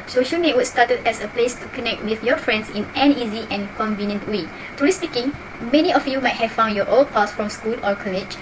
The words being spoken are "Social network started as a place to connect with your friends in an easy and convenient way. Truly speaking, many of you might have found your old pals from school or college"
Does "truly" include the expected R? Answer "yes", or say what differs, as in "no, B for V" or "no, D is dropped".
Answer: no, R is dropped